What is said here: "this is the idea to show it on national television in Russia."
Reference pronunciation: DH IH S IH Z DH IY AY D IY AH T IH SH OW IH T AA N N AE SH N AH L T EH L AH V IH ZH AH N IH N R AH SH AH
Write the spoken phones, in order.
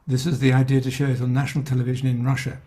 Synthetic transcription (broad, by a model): DH IH S IH Z DH IY AY D IY AH T IH SH OW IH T N N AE SH N L T EH L AH V IH ZH AH N IH N R AH SH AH